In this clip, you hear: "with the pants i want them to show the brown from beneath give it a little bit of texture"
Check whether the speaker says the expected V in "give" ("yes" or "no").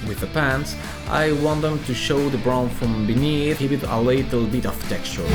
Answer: no